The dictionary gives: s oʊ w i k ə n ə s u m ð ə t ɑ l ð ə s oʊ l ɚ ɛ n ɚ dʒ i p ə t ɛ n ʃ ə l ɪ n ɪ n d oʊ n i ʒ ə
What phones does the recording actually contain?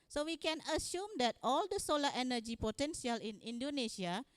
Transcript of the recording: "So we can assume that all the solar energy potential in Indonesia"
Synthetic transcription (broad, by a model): s oʊ w i k ə n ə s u m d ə t ɑ l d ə s oʊ l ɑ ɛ n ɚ dʒ i p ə t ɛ n s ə l ɪ n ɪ n d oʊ n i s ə